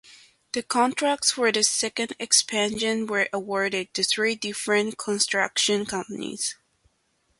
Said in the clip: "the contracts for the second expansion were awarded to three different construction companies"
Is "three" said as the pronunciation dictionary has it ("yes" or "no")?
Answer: yes